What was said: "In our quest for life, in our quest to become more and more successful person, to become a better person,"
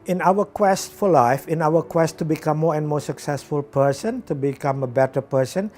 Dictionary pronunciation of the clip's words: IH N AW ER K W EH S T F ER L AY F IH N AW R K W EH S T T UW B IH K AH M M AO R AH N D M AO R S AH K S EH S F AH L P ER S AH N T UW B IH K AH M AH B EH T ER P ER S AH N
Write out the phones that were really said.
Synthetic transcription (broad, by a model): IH N AW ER K W EH S T F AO L AY F IH N AW W K W EH S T T UW B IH K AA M M AO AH N M AO S AH K S EH S F AH L P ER S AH N T UW B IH K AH M AH B EH T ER P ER S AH N